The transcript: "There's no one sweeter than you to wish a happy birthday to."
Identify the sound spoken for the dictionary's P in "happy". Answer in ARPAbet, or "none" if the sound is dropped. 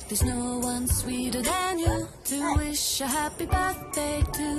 P